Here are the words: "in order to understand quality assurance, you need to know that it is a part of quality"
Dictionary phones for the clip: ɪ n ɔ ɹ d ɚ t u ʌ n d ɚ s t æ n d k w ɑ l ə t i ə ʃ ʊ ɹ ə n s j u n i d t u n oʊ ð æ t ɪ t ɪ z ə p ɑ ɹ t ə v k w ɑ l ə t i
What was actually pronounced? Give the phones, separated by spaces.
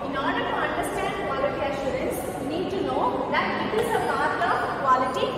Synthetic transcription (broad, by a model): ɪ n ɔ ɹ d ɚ t u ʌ n d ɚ s t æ n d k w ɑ l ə t i ə ʃ ʊ ɹ ə n s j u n i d t u n oʊ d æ t ɪ t ɪ z ə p ɑ ɹ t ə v k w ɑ l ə t i